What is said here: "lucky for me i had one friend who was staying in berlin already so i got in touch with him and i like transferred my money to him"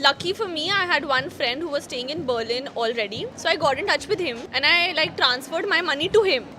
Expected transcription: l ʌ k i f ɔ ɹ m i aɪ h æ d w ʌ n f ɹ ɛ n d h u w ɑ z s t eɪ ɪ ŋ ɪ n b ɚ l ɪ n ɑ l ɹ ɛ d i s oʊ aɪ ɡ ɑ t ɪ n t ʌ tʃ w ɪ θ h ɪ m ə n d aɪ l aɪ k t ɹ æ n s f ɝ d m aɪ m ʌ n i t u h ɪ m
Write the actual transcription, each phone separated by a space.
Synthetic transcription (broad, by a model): l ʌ k i f ɔ ɹ m i aɪ h æ d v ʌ n f ɹ ɛ n d h u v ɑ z s t eɪ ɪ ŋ ɪ n b ɚ l ɪ n ɑ l ɹ ɛ d i s oʊ aɪ ɡ ɑ t ɪ n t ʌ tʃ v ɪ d h ɪ m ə n aɪ l aɪ k t ɹ æ n s f ɝ d m aɪ m ʌ n i t u h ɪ m